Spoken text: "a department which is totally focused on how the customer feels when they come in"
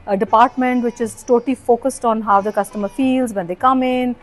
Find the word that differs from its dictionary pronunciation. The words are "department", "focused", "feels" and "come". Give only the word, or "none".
none